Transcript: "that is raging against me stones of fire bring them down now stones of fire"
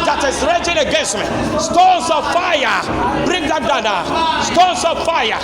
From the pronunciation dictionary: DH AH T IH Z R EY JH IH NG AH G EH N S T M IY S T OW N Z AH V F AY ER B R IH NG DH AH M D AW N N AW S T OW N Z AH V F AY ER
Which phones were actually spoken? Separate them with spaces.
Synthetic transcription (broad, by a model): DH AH T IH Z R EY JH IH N AH G EH N S T M IY S T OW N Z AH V F AY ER B R IH NG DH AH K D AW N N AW S T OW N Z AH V F AY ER